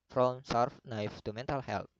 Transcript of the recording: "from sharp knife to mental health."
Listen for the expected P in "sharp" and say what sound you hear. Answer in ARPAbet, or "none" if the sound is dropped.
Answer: F